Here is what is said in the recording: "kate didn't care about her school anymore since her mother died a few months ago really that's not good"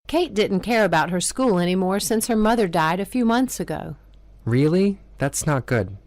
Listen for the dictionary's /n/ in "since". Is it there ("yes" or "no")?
yes